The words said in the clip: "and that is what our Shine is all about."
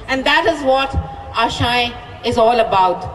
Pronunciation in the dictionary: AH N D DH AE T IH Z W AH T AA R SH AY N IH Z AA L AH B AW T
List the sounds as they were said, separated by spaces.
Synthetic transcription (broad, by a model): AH N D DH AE T IH Z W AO T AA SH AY IH Z AA L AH B AW T